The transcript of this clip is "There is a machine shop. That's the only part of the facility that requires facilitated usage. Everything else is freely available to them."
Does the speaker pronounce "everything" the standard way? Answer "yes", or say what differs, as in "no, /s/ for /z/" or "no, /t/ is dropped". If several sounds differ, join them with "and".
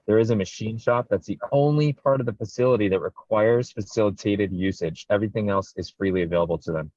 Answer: yes